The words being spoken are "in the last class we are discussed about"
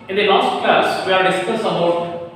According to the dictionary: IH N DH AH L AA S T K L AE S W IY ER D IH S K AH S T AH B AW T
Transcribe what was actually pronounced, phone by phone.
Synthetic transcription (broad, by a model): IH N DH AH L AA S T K AH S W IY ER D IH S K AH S AH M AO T